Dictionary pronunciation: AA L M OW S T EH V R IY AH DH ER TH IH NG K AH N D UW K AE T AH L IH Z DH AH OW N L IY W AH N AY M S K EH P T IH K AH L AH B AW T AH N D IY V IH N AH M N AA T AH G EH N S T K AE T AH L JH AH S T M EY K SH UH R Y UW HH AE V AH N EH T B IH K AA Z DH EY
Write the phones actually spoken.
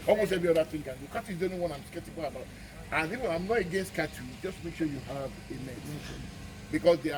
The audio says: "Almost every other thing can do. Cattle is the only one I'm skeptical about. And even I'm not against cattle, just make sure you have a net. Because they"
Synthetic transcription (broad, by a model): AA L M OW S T EH V R IY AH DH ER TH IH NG K AH N D UW K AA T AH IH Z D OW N IY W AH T AY M S K EH P T IH K AH L AH B AW T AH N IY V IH AH M N AA T AH G EH N S T K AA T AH JH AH S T M EY K SH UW Y UW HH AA V AH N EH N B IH K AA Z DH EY